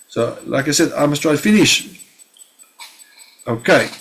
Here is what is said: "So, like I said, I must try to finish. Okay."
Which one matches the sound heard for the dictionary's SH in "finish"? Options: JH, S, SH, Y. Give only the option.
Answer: SH